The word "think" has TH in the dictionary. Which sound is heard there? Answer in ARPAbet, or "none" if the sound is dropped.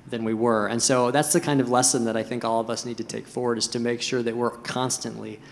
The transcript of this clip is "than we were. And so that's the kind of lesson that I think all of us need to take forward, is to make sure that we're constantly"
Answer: TH